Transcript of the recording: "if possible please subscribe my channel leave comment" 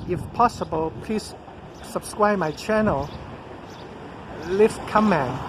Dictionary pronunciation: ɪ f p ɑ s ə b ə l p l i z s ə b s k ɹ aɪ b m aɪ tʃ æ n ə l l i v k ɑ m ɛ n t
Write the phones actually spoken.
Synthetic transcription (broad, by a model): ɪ f p ɑ s ə b ə l p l i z s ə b s k ɹ aɪ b m aɪ tʃ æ n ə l l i f k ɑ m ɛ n